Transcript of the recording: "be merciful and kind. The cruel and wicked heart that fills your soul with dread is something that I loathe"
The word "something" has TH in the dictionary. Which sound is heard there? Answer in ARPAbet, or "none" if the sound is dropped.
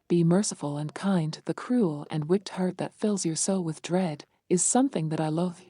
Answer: TH